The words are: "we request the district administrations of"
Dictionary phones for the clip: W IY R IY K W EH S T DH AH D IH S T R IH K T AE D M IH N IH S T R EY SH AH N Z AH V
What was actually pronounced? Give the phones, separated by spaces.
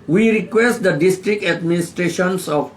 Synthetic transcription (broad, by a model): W IY R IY K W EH S T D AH D IH S T R IH K T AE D M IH N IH S T R EY SH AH N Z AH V